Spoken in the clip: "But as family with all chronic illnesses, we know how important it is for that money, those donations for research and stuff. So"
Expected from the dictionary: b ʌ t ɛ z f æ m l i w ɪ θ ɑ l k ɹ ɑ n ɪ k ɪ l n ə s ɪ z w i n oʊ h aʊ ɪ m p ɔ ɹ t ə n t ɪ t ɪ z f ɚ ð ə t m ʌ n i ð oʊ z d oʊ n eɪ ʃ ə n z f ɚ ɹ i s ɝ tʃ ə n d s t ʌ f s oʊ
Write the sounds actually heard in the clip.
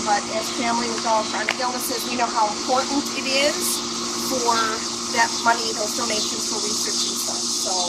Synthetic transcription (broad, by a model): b ʌ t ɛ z f æ m l i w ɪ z ɑ l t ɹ ɑ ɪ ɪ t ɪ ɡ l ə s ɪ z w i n oʊ h aʊ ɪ m p ɔ ɹ t n t ɪ t ɪ z f ɚ ð ə t m ʌ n i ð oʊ d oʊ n eɪ ʃ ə n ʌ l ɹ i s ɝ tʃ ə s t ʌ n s oʊ